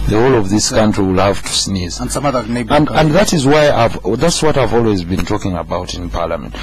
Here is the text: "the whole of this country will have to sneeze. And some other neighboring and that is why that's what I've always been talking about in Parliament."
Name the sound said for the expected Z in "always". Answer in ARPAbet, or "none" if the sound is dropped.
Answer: Z